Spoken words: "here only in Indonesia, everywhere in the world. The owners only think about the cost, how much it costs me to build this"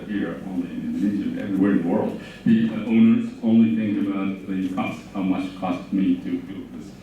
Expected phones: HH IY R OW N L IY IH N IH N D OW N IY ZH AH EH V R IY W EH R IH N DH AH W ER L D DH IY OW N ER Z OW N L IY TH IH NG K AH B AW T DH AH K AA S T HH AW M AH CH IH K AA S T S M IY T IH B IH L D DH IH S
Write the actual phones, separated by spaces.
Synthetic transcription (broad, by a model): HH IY R OW N L IY IH N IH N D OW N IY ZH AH EH V R IY W EH R IH N DH AH W ER L D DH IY OW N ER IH OW N L IY TH IH NG AH B AW T DH AH K AA S T HH AW M AH CH K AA S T M IY T IH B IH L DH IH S